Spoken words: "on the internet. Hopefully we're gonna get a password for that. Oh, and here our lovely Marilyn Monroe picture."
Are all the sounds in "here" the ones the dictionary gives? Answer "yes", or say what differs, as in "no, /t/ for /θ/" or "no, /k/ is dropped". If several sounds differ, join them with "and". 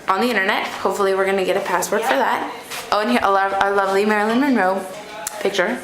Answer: no, /l/ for /ɹ/